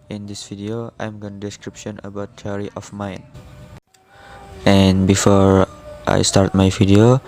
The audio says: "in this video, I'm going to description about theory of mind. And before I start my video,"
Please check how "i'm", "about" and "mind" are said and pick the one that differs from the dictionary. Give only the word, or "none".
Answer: mind